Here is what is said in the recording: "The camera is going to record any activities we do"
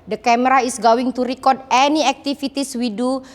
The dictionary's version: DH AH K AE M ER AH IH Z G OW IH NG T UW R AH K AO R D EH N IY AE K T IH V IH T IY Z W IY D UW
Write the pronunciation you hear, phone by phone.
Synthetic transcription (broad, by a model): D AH K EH M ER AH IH S G OW IH NG T UW R AH K AO R D EH N IY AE K T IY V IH T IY S W IY D UW